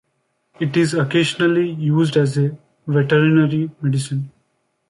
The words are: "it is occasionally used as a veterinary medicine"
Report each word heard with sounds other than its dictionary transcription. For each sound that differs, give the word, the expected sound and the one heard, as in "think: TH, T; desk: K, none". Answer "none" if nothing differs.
none